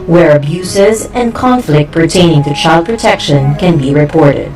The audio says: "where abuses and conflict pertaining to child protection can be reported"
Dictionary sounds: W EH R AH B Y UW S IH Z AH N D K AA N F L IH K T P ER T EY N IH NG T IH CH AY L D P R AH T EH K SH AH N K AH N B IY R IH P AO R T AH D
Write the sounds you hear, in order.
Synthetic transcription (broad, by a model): W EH R AH B Y UW S IH Z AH N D K AA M F L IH K T P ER T EY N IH NG T IH CH AY L D P R AH T EH K SH AH N K AH N B IY R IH P AO R T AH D